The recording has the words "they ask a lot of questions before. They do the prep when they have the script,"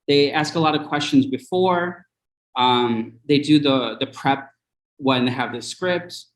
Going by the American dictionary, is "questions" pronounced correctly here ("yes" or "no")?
yes